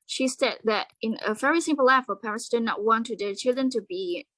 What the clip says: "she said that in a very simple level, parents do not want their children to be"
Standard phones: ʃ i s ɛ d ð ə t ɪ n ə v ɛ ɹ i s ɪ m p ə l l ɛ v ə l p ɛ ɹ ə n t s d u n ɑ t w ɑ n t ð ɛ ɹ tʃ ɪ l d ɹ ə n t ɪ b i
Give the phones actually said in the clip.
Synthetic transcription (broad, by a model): ʃ i s ɛ d ð ə t ɪ n ə v ɛ ɹ i s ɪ m p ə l l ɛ f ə p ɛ ɹ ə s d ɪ n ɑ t w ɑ n t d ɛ tʃ ɪ l d ɹ ə n t ɪ b i